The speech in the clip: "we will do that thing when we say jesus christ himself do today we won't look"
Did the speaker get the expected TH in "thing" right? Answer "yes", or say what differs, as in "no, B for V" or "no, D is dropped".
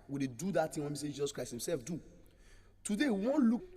no, T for TH